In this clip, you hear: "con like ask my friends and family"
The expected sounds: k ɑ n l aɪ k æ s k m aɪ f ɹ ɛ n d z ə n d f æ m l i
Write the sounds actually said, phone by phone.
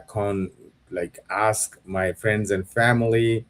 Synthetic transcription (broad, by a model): k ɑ n l aɪ k æ s k m aɪ f ɹ ɛ n d z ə n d f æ m l i